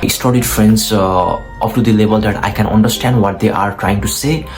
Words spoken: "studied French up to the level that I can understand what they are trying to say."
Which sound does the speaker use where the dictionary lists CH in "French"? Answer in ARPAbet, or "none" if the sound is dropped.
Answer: S